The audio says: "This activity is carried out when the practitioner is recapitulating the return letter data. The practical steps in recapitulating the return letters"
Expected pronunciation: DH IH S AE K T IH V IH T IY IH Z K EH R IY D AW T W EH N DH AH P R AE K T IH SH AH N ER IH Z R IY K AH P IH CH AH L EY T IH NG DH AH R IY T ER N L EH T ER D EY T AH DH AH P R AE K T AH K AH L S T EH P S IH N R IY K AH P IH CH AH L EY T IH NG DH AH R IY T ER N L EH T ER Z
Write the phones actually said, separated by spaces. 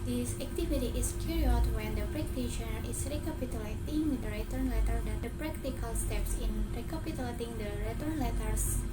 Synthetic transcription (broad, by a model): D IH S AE K T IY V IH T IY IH S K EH R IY AW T W EH N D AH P R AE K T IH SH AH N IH S R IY K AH P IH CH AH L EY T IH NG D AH R IY T ER N L EH T ER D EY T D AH P R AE K T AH K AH L S T EH P S IH N R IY K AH P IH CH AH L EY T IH NG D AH R IY T ER N L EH T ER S